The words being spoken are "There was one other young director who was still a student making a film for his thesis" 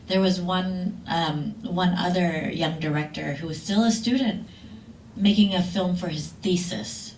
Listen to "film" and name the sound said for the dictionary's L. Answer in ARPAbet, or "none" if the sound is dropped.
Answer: L